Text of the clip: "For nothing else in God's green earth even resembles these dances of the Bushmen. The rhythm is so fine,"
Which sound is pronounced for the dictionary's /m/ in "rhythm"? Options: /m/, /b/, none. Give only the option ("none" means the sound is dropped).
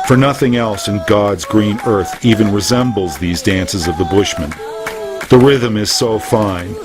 /m/